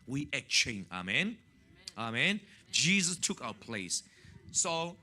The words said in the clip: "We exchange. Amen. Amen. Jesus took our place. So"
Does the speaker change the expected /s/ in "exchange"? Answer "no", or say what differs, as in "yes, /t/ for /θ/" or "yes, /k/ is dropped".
yes, /s/ is dropped